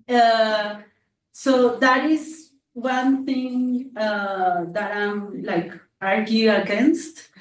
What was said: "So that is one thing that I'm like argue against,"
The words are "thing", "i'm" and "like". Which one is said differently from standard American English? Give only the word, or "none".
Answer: thing